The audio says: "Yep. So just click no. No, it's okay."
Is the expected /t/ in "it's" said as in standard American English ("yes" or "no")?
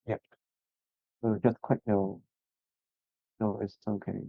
no